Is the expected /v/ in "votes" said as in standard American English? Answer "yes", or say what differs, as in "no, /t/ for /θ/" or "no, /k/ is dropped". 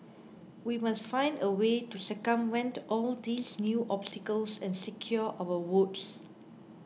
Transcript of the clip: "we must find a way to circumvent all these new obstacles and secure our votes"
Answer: no, /w/ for /v/